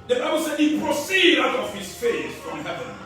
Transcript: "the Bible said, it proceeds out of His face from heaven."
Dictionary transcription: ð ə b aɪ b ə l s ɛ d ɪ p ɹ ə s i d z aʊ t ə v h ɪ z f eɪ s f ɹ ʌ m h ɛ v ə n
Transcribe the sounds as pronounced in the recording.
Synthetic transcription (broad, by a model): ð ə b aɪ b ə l s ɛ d ɪ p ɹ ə s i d aʊ t ə v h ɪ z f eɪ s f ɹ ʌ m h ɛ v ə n